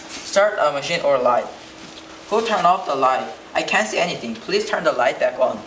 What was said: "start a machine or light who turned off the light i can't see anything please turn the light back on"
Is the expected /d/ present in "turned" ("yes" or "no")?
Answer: no